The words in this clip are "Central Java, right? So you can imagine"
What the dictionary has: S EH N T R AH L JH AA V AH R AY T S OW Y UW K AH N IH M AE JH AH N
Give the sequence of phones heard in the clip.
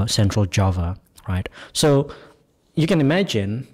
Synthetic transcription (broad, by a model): S EH N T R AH L JH AA V AH R AY T S OW Y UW K AH N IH M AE JH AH N